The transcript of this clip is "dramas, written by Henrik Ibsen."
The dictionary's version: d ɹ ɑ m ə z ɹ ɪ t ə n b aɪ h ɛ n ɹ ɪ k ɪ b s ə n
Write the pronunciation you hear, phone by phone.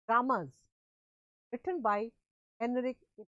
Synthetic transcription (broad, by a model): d ɹ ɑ m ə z ɹ ɪ t ə n b aɪ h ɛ n ɪ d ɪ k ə